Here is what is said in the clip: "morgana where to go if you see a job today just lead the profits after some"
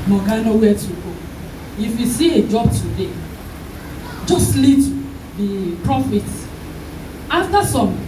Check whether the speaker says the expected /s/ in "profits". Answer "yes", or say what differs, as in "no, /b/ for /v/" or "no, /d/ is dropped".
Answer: no, /s/ is dropped